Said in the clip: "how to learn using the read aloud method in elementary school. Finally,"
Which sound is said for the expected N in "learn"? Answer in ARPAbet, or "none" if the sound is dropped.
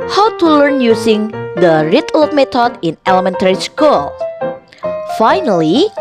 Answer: N